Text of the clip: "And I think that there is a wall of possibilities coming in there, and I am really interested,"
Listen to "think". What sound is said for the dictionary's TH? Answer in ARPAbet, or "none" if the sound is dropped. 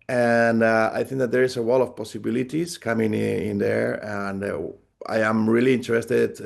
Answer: TH